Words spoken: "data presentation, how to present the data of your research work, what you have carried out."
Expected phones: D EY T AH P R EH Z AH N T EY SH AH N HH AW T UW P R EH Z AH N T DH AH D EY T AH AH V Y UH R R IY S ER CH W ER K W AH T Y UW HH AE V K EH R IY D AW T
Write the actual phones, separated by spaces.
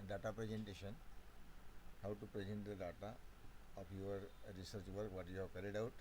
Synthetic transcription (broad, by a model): D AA T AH P R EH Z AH N T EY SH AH N HH AW T UW P R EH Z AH N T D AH D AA T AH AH P Y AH R R IY S ER CH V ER K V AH T Y UW HH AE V K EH R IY D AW T